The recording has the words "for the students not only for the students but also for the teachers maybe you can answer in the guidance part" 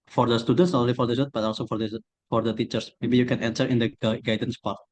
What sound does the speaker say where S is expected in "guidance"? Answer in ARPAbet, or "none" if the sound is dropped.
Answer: S